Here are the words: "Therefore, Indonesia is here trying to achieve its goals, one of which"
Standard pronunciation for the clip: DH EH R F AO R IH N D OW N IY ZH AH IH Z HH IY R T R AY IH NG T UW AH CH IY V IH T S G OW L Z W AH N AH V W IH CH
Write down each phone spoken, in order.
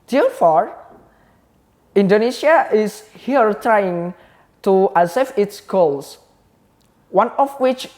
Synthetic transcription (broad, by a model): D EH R F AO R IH N D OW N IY SH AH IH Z HH IY R T R AY IH NG T UW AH S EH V IH T S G OW L S W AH N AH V W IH CH